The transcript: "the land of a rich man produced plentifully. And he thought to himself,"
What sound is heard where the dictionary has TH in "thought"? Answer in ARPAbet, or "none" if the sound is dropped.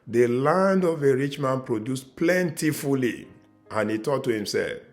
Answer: T